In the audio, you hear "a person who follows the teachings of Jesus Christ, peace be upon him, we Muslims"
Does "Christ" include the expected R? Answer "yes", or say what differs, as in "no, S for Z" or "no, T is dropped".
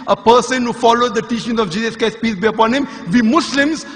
no, R is dropped